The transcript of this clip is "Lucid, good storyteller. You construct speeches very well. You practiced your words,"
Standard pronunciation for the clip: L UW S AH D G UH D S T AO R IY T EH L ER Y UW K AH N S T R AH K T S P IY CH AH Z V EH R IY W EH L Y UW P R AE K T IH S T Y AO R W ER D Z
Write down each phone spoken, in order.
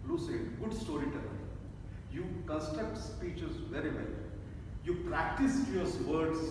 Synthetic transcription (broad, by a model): L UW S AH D G UH D S T AO R IY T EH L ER Y UW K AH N S T AH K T S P IY CH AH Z V EH R IY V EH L Y UW P R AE K T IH S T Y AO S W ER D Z